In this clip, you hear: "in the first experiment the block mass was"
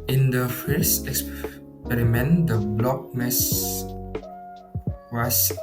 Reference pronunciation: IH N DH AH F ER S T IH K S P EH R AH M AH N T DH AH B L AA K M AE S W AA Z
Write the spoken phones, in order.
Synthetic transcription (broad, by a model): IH N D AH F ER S IH K S P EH R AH M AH N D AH B L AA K M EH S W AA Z